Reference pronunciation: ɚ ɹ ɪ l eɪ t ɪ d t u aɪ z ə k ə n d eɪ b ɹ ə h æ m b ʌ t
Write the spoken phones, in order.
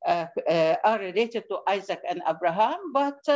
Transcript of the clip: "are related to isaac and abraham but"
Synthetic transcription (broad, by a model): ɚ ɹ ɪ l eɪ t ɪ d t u aɪ z ə k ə n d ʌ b ɹ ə h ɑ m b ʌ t